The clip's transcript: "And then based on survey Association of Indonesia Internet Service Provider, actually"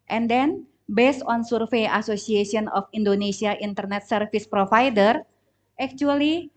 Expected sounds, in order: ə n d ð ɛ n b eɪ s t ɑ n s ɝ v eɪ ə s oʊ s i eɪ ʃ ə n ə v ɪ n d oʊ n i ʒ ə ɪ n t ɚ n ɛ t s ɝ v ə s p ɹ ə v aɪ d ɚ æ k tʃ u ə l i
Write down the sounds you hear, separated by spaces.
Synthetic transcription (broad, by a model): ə n d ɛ n b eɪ s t ɑ n s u f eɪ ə s oʊ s i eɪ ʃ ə n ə f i n d oʊ n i s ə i n t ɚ n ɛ t s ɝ f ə s p ɹ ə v aɪ d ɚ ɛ k tʃ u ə l i